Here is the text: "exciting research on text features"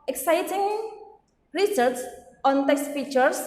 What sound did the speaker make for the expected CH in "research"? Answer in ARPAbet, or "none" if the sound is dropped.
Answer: S